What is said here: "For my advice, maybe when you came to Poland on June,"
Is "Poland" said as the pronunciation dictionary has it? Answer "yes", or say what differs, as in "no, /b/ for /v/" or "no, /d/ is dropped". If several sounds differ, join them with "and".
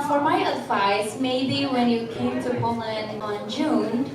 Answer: no, /n/ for /l/